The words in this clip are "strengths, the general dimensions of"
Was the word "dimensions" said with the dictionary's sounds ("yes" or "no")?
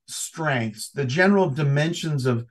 yes